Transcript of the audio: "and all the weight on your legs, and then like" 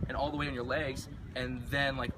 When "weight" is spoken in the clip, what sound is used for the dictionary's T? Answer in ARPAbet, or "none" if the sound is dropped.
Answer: none